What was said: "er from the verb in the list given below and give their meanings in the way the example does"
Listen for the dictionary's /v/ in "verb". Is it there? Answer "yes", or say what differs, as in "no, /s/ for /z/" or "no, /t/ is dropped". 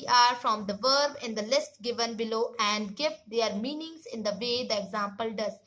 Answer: yes